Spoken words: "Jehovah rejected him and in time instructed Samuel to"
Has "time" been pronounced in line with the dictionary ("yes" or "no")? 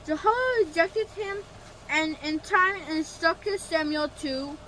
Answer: no